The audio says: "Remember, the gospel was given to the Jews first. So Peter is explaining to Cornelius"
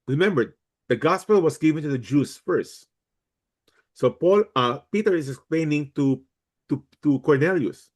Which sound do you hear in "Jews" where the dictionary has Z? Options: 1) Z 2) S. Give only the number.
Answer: 2